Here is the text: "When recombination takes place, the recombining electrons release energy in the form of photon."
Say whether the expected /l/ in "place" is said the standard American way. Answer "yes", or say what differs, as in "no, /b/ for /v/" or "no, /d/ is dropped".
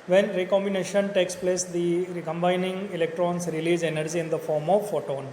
yes